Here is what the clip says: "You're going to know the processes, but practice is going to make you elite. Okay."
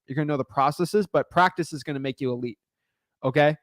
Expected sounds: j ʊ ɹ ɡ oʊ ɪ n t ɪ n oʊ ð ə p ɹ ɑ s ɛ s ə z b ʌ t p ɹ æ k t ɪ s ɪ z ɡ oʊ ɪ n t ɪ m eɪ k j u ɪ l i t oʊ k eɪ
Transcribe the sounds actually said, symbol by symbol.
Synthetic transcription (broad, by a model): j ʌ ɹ ɡ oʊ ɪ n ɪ n oʊ ð ə p ɹ ɑ s ɛ s ə z b ʌ t p ɹ æ k t ɪ s ɪ z ɡ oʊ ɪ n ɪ m eɪ k j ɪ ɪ l i t oʊ k eɪ